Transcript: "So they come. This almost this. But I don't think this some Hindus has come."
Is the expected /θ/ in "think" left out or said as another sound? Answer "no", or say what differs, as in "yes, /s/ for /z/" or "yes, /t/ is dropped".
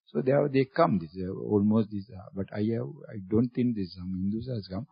yes, /t/ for /θ/